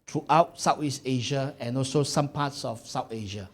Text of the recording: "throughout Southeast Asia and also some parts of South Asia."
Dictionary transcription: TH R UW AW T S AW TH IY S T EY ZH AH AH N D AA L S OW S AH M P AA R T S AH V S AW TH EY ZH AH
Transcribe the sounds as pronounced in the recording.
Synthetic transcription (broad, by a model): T R UW AW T S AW T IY S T EY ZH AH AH N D AA L S OW S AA M P AA T S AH F S AW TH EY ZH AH